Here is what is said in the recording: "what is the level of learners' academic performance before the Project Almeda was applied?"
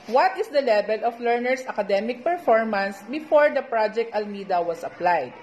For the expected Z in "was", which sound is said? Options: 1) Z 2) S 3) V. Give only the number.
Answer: 2